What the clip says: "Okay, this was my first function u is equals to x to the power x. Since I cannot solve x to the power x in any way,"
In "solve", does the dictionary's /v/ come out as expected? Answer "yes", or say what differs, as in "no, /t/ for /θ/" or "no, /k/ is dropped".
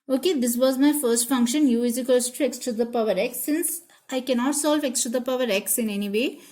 yes